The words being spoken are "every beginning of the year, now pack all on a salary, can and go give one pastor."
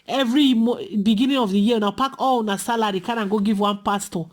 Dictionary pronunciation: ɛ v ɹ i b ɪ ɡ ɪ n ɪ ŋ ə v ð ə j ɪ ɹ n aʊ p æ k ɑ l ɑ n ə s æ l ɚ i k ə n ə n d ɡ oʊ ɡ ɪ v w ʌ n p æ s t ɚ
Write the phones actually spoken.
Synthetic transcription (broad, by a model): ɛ v ɹ i b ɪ ɡ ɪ n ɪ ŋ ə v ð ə j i w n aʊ p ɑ k ɑ l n ə s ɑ l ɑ i k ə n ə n ɡ oʊ ɡ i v w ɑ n p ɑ s t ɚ